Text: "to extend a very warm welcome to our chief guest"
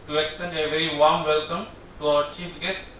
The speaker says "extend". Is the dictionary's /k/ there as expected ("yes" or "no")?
yes